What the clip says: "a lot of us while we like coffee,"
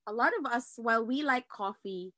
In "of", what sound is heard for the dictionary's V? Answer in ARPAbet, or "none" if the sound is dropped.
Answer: V